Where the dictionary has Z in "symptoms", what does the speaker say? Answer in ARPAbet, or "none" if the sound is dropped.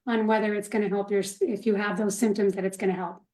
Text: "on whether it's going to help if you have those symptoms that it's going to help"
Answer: Z